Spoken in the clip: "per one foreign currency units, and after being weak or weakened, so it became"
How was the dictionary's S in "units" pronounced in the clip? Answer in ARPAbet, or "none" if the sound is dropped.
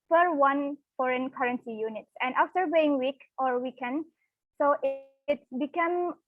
S